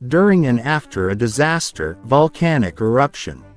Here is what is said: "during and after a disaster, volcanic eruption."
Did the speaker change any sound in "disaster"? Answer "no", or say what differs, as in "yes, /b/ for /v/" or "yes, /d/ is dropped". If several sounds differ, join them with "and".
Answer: no